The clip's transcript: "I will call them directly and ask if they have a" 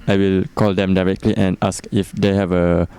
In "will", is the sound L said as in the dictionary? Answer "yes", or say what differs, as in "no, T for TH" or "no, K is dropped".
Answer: yes